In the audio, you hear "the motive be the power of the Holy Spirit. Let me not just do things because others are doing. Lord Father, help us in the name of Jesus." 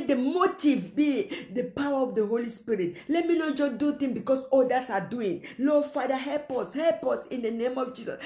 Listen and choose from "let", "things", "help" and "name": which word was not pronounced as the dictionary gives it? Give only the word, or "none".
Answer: things